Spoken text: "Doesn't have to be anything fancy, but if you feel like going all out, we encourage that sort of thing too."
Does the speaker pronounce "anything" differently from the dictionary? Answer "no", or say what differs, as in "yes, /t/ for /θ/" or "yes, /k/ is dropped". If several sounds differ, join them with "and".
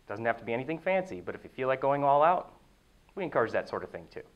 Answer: no